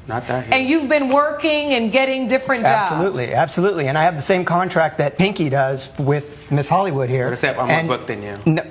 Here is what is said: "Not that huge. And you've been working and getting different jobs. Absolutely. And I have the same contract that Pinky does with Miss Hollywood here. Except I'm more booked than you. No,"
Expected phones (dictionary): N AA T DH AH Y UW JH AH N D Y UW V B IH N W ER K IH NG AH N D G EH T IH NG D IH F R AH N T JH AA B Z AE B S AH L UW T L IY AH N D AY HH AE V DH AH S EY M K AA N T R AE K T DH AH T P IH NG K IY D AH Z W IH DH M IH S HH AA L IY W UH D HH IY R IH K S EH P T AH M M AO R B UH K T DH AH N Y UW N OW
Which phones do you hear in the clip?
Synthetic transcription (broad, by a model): N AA T DH AH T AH N Y UW V B IH N W ER K IH NG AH N G EH T IH NG D IH F R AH N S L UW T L AE B S AH L UW T L IY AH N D AY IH V DH AH S EY M K AA N T R AE K T DH AH T P IH NG K IY D AH Z W IH DH M IH S HH AA L IY W UH D HH IY R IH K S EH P AH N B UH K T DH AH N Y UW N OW